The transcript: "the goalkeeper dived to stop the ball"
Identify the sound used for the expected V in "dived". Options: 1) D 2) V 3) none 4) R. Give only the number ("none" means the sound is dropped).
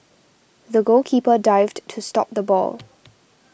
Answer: 2